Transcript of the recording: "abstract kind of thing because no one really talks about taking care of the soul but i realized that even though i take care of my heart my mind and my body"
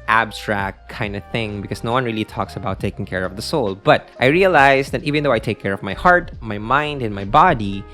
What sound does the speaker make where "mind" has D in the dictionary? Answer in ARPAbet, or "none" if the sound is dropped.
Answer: D